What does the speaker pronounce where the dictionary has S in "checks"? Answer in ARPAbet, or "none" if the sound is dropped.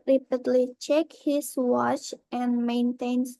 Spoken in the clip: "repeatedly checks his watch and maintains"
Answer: none